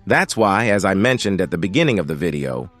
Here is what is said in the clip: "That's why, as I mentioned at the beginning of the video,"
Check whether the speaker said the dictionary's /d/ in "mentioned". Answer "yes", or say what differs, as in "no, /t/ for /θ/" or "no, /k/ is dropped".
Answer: yes